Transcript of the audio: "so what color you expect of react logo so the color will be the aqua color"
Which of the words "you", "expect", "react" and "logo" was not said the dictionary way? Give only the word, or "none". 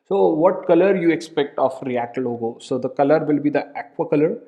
none